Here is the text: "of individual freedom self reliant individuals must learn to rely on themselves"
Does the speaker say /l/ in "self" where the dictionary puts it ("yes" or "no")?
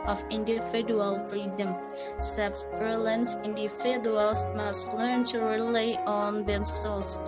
no